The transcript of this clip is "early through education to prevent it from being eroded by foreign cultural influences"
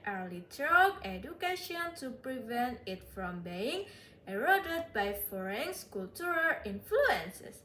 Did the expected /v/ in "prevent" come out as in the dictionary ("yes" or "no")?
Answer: yes